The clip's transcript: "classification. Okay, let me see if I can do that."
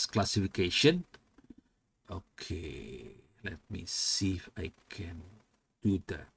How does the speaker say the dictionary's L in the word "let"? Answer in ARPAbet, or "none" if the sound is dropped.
L